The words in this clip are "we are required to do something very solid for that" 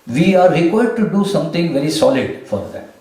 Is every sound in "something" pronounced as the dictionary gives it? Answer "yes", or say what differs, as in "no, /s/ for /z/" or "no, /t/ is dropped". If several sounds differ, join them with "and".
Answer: no, /t/ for /θ/